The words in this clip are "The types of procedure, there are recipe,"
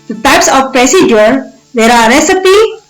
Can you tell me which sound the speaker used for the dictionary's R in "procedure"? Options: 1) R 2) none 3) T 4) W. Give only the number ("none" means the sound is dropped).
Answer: 1